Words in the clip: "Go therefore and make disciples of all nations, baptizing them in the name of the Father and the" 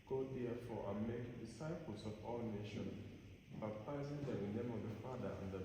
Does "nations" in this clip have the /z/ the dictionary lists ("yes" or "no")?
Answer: no